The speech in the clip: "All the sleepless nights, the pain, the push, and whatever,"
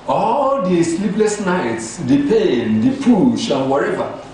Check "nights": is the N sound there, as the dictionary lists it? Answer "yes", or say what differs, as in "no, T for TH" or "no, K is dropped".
yes